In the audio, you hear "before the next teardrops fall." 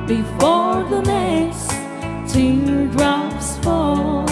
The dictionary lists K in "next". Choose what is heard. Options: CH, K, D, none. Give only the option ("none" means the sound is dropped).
none